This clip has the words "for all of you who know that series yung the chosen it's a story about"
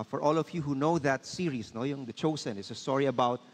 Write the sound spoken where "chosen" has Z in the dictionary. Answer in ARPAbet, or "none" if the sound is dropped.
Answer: S